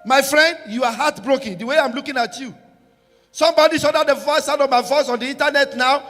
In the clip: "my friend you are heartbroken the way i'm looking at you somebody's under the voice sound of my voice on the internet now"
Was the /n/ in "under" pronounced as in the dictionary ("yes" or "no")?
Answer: no